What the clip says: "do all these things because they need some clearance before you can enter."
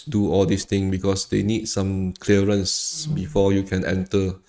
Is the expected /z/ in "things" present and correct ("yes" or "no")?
no